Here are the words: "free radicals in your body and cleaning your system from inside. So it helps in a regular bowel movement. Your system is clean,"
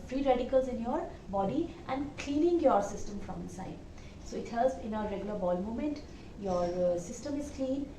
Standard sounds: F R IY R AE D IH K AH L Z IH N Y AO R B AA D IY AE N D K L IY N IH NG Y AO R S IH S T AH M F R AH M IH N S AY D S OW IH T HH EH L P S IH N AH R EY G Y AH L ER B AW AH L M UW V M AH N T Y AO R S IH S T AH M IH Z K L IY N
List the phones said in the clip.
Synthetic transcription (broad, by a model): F R IY R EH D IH K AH L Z IH N Y AO R B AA D IY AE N D K L IY N IH NG Y AO R S IH S T AH M F R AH M IH N S AY D S OW IH T HH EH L S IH N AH R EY G Y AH L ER B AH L M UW M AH N T Y AO R S IH S T AH M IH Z K L IY N